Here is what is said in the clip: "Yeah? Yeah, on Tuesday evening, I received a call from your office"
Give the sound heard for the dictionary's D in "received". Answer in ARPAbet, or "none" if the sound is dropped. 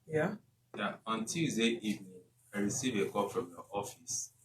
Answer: none